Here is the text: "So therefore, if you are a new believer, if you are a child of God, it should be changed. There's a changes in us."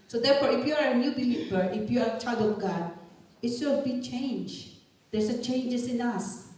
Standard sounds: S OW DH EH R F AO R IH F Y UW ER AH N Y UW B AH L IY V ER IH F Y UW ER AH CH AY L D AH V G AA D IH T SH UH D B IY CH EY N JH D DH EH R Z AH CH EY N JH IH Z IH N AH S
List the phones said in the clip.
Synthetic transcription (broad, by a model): S OW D EH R F AO R IH F Y UW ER AH N Y UW B AH L IY V ER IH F Y UW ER AH CH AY D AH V G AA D IH T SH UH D B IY CH EY N JH D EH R S AH CH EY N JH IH S IH N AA S